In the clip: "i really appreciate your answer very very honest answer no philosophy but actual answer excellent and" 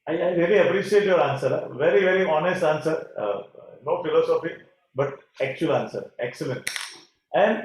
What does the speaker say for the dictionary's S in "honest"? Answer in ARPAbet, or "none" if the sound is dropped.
S